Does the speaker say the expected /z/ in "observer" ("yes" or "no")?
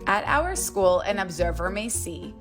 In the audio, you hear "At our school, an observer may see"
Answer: yes